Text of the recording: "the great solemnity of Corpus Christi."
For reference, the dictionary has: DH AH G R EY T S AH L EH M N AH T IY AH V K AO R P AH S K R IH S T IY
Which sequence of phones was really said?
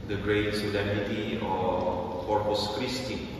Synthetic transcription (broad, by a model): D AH G R EY T S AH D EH N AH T IY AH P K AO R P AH S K R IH S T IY